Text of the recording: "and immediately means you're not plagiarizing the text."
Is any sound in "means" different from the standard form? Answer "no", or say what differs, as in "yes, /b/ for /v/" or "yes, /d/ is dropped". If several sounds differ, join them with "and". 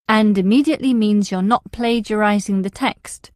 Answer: no